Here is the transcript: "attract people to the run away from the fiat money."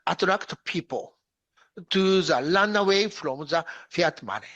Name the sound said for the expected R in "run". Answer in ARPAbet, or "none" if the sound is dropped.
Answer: L